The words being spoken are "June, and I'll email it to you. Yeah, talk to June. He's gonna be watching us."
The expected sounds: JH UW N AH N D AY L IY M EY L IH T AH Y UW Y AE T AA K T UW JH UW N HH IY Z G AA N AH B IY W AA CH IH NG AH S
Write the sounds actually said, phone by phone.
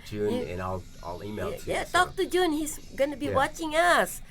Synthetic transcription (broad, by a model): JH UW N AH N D AY L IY IH L IH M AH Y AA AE T AA K T UW JH UW N HH IY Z G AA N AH B IY W AA CH IH NG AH S